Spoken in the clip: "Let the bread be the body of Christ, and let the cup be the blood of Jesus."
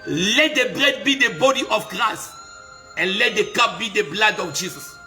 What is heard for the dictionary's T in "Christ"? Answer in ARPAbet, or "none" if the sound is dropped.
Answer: none